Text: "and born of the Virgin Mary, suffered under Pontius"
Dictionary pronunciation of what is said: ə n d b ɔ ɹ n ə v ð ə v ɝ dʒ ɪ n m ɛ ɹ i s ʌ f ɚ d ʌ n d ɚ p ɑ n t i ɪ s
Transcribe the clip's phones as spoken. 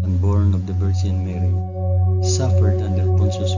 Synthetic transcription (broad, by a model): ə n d b ɔ ɹ n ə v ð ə b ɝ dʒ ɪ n m ɛ ɹ i s ʌ f ɚ d ʌ n d ɚ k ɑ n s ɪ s